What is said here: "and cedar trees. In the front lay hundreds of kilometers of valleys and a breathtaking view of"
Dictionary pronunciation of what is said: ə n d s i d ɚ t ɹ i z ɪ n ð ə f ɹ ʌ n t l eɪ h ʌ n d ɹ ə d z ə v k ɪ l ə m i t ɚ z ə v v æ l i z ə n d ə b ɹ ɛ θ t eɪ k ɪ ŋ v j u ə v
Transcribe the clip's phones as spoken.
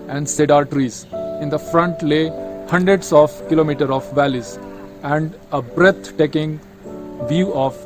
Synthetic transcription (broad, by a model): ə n d s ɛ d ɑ t ɹ i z ɪ n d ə f ɹ ʌ n t l eɪ h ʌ n d ɹ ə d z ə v k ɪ l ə m i t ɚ ə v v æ l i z ə n d ə b ɹ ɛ t t eɪ k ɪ ŋ v j u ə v